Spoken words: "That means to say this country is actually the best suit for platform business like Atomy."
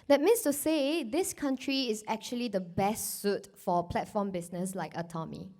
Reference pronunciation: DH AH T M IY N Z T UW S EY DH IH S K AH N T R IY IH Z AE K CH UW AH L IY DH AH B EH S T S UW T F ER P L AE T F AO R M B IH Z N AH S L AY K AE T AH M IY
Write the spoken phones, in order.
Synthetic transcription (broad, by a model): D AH T M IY N S T UW S EY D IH S K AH N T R IY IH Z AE K CH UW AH L IY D AH B EH S T S UW T F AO P L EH T F AO M B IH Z N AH S L AY K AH T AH M IY